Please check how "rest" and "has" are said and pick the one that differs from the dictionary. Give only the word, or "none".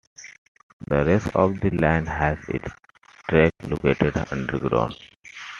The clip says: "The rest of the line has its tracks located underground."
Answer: none